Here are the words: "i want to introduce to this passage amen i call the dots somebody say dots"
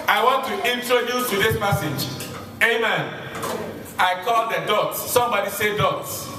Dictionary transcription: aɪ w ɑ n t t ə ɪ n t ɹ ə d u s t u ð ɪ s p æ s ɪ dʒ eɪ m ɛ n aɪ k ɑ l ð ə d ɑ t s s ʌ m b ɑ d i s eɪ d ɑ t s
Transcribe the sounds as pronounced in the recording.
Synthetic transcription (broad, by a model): aɪ w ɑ n t t ə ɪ n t ɹ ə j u t u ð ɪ s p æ s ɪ dʒ eɪ m ɛ n aɪ k ɑ l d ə d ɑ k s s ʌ m b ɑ d i s eɪ d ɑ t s